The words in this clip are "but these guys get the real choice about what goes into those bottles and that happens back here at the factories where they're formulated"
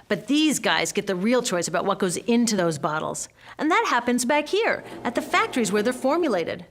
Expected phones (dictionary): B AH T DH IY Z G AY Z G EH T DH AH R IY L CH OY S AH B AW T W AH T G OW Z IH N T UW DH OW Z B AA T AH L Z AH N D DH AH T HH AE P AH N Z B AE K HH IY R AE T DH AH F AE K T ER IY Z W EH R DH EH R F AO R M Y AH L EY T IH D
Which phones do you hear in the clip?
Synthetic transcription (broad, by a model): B AH T DH IY Z G AY Z G EH T DH AH R IY L CH OY S AH B AW T W AH T G OW Z IH N T UW DH OW Z B AA T L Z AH N DH AH T HH AE P AH N Z B AE K HH IY R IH T DH AH F AE K T ER IY Z W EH R DH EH R F AO R M Y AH L EY T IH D